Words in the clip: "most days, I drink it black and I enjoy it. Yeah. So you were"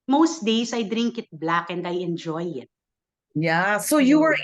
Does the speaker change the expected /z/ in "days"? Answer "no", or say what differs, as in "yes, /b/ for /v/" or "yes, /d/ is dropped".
yes, /s/ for /z/